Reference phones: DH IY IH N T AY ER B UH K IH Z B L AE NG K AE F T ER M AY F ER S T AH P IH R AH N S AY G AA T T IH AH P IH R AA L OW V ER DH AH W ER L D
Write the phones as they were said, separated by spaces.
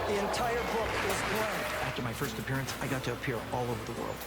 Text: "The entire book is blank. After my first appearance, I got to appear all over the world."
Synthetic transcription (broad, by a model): DH IY IH N T AY ER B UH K IH Z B AO AE F T ER M AY F ER S T AH P IH R AH N S AY G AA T T IH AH P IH R AA L OW V ER DH AH W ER L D